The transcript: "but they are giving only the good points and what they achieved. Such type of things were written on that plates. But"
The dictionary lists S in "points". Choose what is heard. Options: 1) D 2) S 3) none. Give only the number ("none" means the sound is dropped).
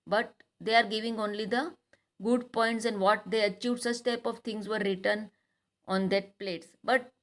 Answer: 2